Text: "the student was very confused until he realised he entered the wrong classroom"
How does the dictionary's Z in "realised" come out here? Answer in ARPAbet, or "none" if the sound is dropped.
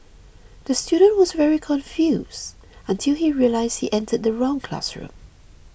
Z